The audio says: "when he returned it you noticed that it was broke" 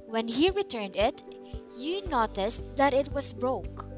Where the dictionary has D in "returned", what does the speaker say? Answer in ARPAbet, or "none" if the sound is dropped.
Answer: D